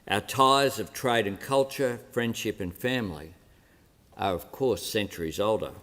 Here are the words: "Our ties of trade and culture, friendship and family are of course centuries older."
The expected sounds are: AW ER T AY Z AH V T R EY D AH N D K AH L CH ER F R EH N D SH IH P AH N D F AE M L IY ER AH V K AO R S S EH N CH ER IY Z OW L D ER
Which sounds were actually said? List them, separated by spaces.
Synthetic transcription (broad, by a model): AW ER T AY Z AH V T R EY D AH N K AH L CH ER F R EH N D SH IH P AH N F AE M L IY ER AH V K AO R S S EH N CH ER IY Z OW L D ER